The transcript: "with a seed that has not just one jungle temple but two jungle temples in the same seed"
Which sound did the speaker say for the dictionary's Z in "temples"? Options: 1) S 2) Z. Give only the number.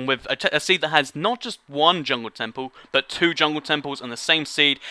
2